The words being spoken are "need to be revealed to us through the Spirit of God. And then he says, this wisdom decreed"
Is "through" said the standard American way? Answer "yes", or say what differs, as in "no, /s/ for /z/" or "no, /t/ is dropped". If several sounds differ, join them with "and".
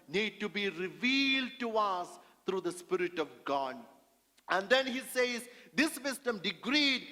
no, /t/ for /θ/